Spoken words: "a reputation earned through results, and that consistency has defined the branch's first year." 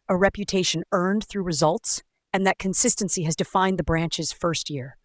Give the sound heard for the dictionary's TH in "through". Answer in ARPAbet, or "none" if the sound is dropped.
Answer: TH